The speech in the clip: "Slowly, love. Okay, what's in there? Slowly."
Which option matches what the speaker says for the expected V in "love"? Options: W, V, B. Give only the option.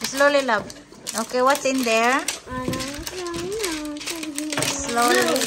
B